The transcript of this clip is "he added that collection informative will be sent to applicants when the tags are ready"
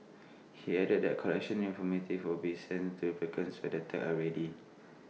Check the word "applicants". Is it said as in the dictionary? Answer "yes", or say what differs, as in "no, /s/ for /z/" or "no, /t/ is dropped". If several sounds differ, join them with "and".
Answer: no, /l/ is dropped